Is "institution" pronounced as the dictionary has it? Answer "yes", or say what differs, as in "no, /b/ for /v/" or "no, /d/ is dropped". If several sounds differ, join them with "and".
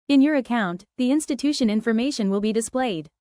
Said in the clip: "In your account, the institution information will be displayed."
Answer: yes